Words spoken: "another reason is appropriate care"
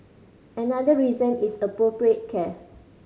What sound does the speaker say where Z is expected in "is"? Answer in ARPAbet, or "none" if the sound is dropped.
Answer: S